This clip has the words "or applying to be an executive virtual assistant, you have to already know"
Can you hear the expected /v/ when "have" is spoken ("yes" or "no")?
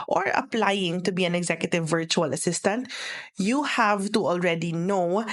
yes